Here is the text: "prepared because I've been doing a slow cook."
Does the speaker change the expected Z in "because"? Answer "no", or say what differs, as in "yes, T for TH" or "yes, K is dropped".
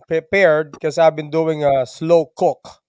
yes, Z is dropped